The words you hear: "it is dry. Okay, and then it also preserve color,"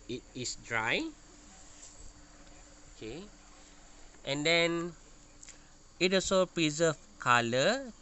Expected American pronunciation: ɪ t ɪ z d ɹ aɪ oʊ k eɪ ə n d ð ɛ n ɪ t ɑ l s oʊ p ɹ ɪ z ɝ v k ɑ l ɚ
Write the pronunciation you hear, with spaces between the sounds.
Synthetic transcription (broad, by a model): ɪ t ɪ s d ɹ aɪ oʊ k eɪ ə n d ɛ n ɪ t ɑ s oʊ p ɹ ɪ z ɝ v k ɑ l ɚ